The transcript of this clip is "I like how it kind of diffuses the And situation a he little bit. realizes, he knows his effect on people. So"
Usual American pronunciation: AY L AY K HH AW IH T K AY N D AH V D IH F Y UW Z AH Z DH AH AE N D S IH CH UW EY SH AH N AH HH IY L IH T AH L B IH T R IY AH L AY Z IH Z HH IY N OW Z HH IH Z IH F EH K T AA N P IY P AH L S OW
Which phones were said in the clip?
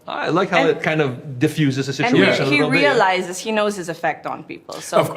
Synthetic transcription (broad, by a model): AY L AY K HH AW IH T K AY N D AH V D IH F Y UW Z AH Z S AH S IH UW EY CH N AH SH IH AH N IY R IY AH L AY Z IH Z HH IY N OW Z HH IH Z IH F EH K T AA N P IY P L L S OW